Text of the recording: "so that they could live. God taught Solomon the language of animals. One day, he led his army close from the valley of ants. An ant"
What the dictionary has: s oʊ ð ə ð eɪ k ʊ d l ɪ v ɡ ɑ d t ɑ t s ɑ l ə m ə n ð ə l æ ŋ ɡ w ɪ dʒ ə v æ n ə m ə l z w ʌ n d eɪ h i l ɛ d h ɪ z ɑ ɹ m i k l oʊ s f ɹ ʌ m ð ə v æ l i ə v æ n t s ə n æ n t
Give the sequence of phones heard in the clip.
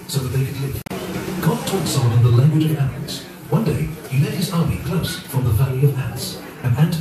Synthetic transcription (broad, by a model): s oʊ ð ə ð eɪ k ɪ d l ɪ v ɡ ɑ d t ɑ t s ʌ w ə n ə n ð ə l æ ŋ ɡ w ɪ dʒ ə v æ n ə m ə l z w ʌ n d eɪ h i l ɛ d h ɪ z ɑ ɹ m i k l oʊ s f ɹ ʌ m ð ə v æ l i ə v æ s ə n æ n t